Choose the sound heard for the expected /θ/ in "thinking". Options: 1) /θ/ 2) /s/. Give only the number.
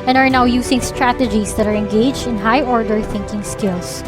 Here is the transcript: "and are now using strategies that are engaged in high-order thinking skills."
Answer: 1